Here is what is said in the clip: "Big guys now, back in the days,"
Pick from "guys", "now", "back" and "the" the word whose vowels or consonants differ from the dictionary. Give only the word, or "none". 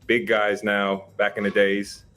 none